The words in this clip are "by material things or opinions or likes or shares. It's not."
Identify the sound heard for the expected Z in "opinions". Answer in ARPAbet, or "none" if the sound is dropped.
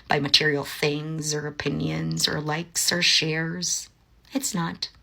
Z